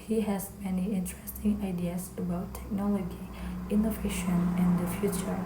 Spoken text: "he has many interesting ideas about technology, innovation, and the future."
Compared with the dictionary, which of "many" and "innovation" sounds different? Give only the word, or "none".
none